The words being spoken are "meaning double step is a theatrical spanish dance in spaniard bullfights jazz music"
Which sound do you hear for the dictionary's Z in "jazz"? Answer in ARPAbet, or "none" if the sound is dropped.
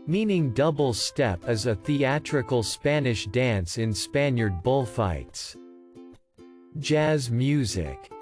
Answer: Z